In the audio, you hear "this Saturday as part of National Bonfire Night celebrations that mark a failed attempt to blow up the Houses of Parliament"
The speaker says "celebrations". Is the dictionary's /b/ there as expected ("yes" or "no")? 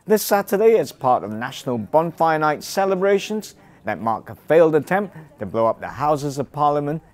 yes